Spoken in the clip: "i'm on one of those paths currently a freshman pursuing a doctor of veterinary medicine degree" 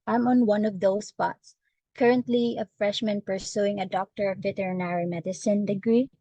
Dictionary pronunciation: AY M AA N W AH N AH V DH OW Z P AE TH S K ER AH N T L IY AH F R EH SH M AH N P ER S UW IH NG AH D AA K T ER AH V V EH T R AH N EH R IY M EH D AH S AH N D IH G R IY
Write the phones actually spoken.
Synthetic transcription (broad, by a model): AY M AA N W AH N AH V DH OW S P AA T S K ER AH N T L IY AH F R EH SH M AH N P ER S UW IH NG AH D AA K T ER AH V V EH T R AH N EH R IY M EH D AH S AH N D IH G R IY